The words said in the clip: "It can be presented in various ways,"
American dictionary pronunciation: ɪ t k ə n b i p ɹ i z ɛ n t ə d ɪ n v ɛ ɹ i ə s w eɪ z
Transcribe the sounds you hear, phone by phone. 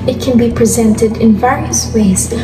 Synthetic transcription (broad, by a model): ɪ t k ə n b i p ɹ i z ɛ n t ə d ɪ n v ɛ ɹ i ə s w eɪ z